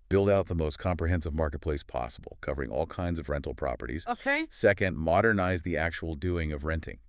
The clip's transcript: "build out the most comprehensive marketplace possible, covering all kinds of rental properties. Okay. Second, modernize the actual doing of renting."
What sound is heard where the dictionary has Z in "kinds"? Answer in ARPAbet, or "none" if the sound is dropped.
Z